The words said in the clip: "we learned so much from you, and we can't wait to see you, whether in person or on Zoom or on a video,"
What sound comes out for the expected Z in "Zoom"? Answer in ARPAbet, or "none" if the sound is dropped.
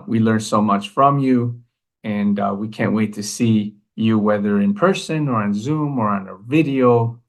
Z